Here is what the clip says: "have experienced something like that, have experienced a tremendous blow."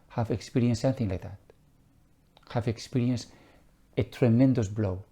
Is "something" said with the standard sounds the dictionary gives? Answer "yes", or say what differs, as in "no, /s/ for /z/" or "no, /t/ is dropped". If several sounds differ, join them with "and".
no, /m/ is dropped